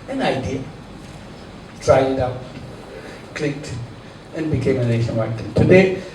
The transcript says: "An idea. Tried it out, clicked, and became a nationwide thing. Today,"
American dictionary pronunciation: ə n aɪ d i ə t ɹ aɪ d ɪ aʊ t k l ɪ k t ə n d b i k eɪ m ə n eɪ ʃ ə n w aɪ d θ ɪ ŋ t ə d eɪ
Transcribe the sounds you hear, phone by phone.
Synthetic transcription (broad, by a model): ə n aɪ d i ə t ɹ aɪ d ɪ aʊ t k l ɪ k t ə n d b i k eɪ m ə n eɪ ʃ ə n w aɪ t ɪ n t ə d eɪ